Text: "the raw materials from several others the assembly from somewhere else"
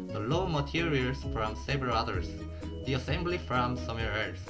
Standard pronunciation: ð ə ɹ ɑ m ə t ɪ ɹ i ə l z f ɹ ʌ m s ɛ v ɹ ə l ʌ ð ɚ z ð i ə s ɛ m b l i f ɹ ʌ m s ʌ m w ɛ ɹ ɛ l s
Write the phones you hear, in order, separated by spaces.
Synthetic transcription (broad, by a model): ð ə l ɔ m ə t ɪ ɹ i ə l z f ɹ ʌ m s ɛ v ɹ ə l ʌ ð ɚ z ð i ə s ɛ m b l i f ɹ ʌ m s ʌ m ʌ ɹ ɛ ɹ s